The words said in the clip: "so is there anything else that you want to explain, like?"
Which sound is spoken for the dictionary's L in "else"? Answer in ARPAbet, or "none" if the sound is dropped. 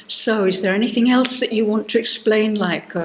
L